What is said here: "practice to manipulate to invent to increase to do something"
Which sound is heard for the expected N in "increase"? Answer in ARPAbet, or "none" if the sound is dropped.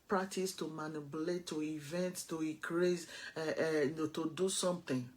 none